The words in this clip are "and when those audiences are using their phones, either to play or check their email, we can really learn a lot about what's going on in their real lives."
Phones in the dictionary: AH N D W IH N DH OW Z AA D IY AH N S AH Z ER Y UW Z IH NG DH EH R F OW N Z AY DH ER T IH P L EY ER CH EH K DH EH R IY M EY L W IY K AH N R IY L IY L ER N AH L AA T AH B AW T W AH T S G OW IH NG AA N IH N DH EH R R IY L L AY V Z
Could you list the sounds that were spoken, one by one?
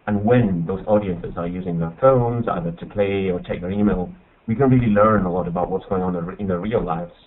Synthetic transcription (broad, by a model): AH N W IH N DH OW Z AA D IY AH N S AH Z ER Y UW Z IH NG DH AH R F OW N Z AY DH ER T IH P L EY ER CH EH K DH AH R IY M EY L W IY K AH N R IY L IY L ER N AH L AA T AH B AW T W AH T S G OW IH NG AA N IH N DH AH R R IY L L AY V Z